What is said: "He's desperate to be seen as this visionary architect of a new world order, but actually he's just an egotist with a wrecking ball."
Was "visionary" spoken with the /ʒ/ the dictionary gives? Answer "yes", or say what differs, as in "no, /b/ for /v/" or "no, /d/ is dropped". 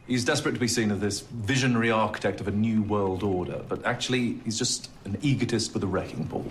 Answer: yes